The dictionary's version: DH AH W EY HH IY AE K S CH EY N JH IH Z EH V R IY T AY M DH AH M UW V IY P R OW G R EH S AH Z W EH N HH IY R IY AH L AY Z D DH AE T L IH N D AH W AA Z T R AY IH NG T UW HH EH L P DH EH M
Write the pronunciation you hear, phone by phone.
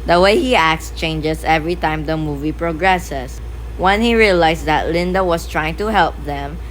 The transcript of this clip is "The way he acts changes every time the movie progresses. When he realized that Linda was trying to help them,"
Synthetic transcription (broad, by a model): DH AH W EY HH IY AE K S CH EY N JH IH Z EH V R IY T AY M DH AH M UW V IY P R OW G R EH S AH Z W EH N HH IY R IY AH L AY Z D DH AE T L IH N D AH W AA S T R AY IH NG T UW HH EH L P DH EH M